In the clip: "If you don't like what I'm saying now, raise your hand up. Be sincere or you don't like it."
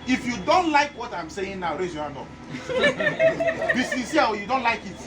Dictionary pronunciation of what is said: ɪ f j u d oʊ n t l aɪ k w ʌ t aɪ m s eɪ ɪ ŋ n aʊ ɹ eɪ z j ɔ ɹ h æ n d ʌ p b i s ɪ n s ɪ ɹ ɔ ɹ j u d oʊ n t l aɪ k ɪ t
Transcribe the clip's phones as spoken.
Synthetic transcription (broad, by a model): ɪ f j u d oʊ n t l aɪ k w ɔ t aɪ m s eɪ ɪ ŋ n aʊ ɹ eɪ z j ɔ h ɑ n d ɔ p b i s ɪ n s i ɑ w j u d oʊ n t l aɪ k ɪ t